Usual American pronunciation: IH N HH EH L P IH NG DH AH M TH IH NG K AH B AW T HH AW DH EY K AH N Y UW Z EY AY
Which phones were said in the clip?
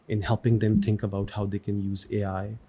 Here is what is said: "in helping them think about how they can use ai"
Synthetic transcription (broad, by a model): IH N HH EH L P IH NG DH AH M TH IH NG K AH B AW T HH AW DH EY K AH N Y UW Z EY AY